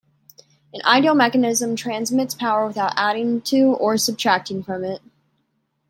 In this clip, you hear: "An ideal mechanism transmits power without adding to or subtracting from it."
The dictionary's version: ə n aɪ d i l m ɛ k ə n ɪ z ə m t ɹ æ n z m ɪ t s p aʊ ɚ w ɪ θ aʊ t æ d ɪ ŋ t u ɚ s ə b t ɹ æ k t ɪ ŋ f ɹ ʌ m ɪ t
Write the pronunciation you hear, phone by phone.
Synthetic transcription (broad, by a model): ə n aɪ d i l m ɛ k ə n ɪ z ə m t ɹ æ n z m ɪ t s p aʊ ɚ w ɪ θ aʊ t æ d ɪ ŋ t u ɚ s ə b t ɹ æ k t ɪ ŋ f ɹ ʌ m ɪ t